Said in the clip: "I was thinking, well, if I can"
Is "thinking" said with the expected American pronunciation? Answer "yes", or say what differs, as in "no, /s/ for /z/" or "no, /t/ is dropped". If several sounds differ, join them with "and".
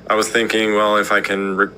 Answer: yes